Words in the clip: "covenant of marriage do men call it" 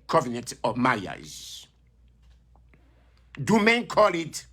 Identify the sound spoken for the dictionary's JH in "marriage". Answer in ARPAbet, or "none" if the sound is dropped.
Z